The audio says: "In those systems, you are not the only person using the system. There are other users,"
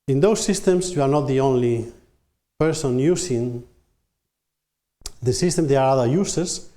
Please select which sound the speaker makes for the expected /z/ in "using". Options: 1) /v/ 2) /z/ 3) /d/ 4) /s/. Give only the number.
4